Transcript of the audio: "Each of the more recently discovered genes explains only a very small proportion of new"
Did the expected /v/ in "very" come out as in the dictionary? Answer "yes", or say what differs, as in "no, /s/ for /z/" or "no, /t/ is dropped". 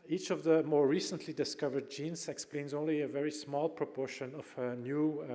yes